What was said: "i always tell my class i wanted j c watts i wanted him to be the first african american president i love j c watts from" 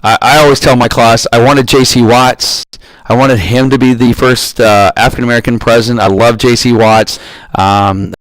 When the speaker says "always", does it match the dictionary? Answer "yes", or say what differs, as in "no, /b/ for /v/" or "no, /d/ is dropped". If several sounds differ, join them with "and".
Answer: yes